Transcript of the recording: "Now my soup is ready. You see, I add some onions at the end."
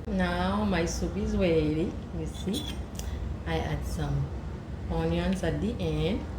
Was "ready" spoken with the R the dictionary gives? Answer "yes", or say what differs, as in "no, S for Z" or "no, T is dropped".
no, W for R